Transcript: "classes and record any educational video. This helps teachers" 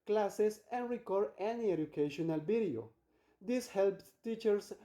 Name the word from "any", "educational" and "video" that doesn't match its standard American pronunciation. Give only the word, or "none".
video